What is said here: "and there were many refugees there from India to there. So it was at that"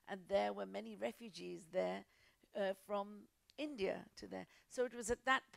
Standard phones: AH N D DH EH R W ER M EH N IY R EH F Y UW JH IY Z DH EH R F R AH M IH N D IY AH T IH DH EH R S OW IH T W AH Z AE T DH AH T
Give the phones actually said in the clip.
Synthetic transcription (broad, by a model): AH N DH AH R W ER M EH N IY R EH F Y UW JH IY Z DH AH R F R AH M IH N D IY AH T IH DH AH R S OW IH T W AH Z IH T DH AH T